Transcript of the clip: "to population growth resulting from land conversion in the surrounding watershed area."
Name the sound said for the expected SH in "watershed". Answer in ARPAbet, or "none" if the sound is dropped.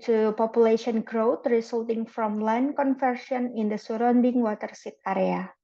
S